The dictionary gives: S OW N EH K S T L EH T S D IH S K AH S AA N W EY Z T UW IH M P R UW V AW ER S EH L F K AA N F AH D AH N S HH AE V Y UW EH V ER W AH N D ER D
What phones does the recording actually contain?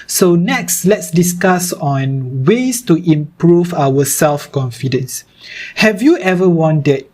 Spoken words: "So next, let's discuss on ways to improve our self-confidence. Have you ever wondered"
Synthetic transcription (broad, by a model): S OW N EH K S T L EH T S D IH S K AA S AA N W EY S T UW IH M P R UW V AW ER S EH L F K AA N F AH D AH N S HH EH V Y UW EH V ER W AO N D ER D